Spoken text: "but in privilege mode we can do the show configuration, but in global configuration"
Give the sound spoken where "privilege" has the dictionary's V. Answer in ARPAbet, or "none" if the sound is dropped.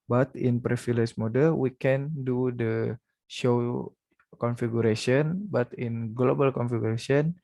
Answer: F